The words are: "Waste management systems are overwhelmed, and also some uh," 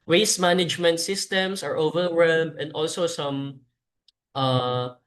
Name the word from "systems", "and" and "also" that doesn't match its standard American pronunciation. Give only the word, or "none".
systems